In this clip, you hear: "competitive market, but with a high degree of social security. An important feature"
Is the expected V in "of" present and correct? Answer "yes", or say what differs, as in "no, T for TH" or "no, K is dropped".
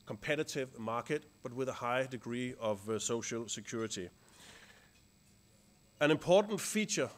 yes